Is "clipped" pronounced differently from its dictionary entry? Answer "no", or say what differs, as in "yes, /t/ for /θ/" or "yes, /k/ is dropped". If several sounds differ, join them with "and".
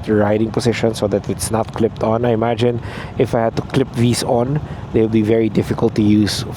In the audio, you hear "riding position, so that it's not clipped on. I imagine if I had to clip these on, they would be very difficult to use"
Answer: no